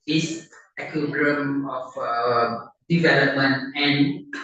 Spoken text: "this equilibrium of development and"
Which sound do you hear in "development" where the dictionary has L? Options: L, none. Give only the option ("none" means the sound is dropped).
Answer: L